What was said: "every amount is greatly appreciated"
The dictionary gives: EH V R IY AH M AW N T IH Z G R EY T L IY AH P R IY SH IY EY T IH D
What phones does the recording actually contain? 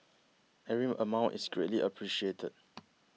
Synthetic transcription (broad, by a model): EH R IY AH M AW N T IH S G R EY T L IY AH P R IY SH IY EY T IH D